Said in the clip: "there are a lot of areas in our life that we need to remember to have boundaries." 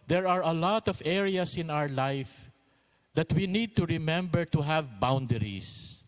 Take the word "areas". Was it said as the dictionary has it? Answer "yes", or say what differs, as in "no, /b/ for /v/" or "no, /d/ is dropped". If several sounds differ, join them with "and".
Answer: no, /s/ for /z/